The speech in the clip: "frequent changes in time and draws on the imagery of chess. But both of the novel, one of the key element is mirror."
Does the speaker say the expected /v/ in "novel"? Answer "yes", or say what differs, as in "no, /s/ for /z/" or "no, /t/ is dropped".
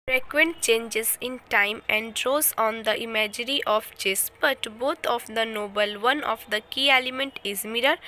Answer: no, /b/ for /v/